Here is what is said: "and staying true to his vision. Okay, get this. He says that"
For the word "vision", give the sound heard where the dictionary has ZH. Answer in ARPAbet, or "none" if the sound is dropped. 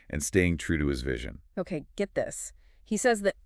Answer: ZH